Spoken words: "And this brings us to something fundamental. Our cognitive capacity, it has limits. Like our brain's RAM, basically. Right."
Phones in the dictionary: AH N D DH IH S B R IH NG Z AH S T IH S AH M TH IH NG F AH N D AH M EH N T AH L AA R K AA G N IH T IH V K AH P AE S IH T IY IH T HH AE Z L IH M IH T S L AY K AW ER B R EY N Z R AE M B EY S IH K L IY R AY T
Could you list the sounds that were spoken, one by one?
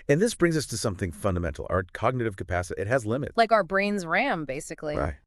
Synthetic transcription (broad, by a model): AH N DH IH S B R IH NG Z AH S T IH S AH M TH IH NG F AH N D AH M EH N T L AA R K AA G N IH T IH V K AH P AE S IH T IY IH T HH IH Z L IH M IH T L AY K AW ER B R EY N Z R AE M B EY S IH K L IY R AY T